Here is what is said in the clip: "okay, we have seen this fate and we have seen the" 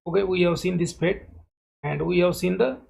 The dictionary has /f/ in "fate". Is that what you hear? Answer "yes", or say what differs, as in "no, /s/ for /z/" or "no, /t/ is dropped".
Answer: no, /p/ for /f/